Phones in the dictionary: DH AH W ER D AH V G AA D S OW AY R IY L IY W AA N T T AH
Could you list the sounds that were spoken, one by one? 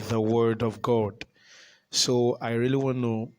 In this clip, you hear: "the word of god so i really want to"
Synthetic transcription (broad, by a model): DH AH W ER D AH V G AA D S OW AY R IY L IY W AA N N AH